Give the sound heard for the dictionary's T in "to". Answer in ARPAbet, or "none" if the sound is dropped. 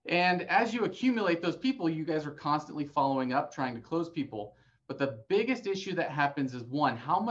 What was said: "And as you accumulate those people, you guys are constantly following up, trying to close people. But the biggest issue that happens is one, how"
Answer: T